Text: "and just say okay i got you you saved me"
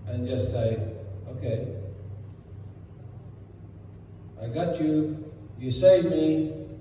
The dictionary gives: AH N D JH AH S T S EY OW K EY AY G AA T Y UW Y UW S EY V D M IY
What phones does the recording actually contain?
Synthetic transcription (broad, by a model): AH N JH AH S T S EY OW K EY AY G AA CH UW Y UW S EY D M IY